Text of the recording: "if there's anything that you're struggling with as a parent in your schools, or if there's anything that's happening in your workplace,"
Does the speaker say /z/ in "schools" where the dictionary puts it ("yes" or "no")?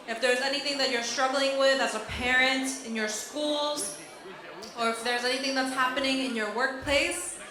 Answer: yes